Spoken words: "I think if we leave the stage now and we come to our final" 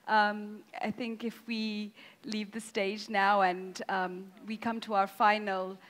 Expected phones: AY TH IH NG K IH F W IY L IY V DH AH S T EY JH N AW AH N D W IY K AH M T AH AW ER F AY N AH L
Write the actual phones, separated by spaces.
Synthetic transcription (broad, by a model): AY TH IH NG K IH F W IY L IY V DH AH S T EY JH N AW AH N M W IY K AH M T AH AW ER F AY N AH L